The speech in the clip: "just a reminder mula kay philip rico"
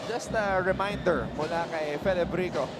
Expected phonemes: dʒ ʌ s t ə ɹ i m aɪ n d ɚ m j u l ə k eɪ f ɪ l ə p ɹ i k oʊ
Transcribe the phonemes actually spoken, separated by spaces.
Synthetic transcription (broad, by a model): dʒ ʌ s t ə ɹ i m aɪ n d ɚ m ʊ l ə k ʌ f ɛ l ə b ɹ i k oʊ